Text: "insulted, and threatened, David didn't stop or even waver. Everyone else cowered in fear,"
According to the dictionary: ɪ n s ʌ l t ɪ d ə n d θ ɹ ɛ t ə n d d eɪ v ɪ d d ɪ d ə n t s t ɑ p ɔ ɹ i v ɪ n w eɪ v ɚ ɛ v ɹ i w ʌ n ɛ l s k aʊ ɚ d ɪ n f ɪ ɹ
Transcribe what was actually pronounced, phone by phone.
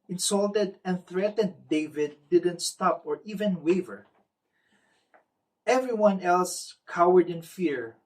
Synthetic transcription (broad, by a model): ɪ n s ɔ l t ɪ d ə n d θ ɹ ɛ t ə n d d eɪ v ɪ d d ɪ d ə n t s t ɑ p ɔ ɹ i v ɪ n w eɪ v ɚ ɛ v ɹ i w ʌ n ɛ l s k aʊ ɚ d ɪ n f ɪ ɹ